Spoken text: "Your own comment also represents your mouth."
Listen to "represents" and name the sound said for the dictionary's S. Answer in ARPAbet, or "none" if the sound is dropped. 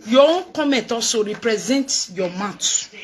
none